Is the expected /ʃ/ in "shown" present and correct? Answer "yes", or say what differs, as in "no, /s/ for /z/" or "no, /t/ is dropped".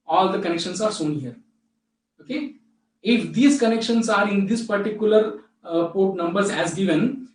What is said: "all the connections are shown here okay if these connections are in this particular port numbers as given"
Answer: no, /s/ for /ʃ/